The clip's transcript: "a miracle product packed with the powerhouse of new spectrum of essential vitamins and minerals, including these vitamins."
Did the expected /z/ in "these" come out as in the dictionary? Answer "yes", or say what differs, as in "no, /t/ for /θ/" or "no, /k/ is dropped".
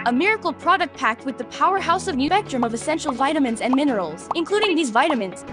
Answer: yes